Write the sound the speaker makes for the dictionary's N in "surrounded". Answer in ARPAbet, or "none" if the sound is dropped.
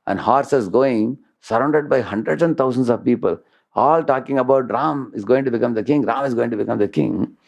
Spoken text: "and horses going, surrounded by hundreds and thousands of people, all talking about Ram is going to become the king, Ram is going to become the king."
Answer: N